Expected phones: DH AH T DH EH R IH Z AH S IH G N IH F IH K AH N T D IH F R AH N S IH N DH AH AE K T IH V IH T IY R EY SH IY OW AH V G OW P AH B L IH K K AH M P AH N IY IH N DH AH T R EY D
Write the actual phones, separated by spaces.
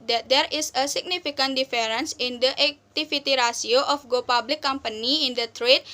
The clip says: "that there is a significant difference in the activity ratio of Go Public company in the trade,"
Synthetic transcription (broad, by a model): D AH T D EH R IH S AH S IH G N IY F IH K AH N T D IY F R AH N S IH N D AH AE K T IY F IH T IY R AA S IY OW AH F G OW P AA B L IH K K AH M P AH N IY IH N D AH T R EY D